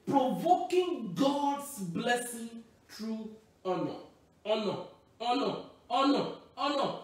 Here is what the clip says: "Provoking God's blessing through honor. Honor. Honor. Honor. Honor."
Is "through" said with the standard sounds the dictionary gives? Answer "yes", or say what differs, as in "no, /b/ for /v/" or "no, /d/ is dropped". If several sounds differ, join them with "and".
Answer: no, /t/ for /θ/